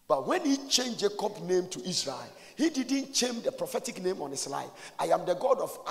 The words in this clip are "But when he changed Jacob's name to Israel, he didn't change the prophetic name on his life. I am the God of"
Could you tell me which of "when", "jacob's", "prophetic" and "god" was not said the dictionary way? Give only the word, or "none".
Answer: jacob's